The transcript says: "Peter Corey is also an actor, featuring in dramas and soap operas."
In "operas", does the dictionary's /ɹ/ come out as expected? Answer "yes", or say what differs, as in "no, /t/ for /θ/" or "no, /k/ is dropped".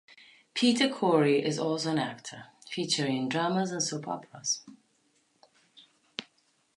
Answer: no, /l/ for /ɹ/